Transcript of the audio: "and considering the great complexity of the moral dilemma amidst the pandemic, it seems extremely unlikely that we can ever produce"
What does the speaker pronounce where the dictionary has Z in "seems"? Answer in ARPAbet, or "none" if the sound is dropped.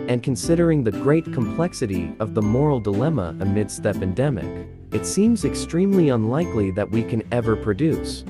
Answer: Z